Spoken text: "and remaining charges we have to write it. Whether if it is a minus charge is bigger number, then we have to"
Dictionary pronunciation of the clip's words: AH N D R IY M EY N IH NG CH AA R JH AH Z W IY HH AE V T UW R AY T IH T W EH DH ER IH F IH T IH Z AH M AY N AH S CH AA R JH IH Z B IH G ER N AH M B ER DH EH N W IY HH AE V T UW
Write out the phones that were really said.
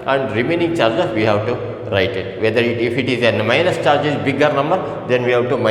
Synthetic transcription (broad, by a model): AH N D R IY M EY N IH NG CH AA R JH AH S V IY HH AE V T UW R AY T IH T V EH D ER IH F IH T IH Z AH M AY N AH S CH AA R JH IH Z B IH G ER N AH M B ER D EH N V IY HH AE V T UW